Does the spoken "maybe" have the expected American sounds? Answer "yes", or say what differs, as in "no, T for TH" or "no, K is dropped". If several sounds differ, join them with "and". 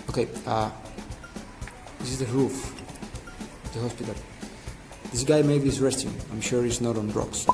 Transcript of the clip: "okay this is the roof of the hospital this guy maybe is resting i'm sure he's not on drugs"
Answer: no, B is dropped